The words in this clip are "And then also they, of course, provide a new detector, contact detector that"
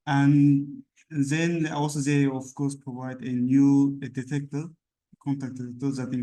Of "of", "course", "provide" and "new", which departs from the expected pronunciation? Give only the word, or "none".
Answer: of